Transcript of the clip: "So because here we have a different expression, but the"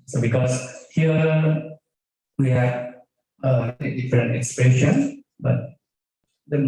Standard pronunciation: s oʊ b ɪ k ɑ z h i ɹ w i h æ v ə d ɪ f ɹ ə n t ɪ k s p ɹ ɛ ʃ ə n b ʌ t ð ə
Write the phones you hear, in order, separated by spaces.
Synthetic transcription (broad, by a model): s oʊ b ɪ k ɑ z h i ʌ w i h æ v ə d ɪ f ɹ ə n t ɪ k s p ɛ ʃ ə n b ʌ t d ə